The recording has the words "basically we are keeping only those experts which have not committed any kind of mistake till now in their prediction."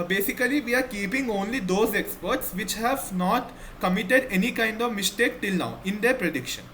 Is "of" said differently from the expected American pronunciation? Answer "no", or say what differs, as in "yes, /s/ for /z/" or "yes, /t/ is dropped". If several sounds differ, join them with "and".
no